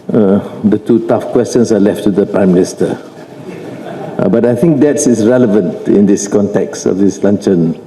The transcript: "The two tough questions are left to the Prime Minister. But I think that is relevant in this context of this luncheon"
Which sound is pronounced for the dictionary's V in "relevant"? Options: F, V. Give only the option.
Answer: V